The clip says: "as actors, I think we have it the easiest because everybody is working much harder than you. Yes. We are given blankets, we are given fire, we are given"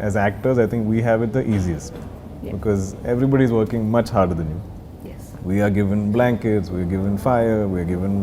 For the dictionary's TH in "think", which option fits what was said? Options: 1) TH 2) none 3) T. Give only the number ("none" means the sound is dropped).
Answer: 3